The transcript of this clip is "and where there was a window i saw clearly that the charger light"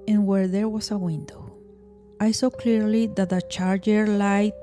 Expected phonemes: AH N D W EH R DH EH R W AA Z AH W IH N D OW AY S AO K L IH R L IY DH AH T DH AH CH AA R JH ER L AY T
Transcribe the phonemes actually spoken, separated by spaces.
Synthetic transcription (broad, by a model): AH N W EH R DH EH R W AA S AH W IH N D OW AY S AO K L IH R L IY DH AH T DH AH CH AA R JH ER L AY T